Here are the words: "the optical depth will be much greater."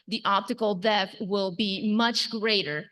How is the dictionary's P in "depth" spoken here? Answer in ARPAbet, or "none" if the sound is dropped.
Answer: none